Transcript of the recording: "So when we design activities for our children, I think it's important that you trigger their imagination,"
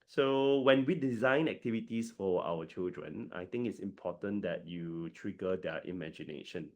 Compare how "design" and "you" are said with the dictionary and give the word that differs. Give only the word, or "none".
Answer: none